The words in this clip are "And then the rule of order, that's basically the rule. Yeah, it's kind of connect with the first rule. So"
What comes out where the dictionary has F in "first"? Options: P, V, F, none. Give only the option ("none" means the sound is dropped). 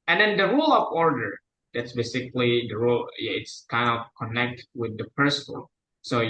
P